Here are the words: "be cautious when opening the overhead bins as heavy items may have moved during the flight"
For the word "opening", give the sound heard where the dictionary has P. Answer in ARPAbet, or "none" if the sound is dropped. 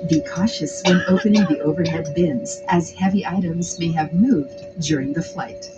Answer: P